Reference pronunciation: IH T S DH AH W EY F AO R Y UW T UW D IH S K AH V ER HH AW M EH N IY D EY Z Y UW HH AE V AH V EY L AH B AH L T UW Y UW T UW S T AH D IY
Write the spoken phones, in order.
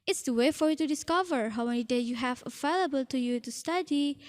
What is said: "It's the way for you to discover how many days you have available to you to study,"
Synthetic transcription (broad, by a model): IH T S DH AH W EY F AO R Y UW T UW D IH S K AH V ER HH AW M EH N IY D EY Y UW HH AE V AH V EY L AH B AH L T UW Y UW T UW S T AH D IY